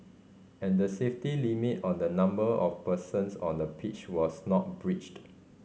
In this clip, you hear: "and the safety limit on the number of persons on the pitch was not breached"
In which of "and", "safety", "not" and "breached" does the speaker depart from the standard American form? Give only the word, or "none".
none